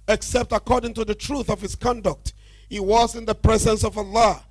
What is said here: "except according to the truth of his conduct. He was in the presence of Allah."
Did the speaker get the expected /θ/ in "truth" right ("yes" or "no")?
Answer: yes